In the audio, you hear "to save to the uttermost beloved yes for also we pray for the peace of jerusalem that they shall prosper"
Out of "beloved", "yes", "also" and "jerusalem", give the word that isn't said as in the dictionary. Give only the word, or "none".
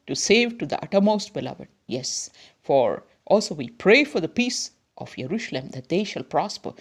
jerusalem